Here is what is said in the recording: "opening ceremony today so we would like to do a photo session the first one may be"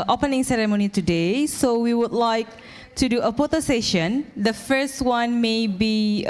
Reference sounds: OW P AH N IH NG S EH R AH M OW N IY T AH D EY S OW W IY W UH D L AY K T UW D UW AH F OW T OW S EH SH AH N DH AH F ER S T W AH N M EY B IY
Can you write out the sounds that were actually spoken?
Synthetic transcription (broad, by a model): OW P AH N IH NG S EH R AH M OW N IY T AH D EY S OW W IY W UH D L AY K T UW D UW AH P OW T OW S EH SH AH N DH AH F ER S T W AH N M EY B IY